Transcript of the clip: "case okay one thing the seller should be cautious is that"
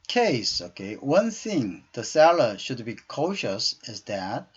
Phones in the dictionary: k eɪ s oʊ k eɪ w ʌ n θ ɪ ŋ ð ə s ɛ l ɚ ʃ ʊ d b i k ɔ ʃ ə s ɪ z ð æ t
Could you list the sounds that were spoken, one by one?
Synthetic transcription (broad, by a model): k eɪ s oʊ k eɪ w ʌ n θ ɪ ŋ ð ə s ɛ l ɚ ʃ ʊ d b i k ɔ ʃ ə s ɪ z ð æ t